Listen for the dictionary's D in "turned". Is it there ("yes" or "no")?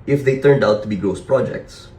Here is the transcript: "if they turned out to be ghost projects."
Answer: yes